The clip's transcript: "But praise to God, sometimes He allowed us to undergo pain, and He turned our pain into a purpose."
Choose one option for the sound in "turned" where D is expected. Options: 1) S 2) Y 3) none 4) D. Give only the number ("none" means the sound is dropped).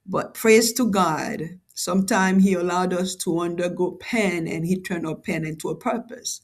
3